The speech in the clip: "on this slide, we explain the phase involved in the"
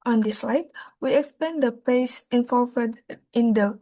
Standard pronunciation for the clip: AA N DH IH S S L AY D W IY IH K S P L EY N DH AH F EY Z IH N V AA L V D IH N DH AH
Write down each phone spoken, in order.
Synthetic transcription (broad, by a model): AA N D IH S S L AY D W IY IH K S P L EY N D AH P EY S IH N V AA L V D IH N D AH